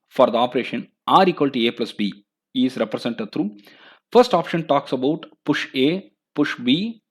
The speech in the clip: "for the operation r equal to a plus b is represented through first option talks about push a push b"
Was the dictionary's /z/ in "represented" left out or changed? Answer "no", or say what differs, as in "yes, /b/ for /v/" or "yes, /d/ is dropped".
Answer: yes, /s/ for /z/